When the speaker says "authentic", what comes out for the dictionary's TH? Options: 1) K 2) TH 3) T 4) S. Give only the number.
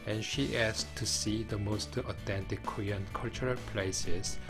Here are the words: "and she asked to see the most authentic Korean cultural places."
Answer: 3